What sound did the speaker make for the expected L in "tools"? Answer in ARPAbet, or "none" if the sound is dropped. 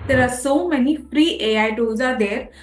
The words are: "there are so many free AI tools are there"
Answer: none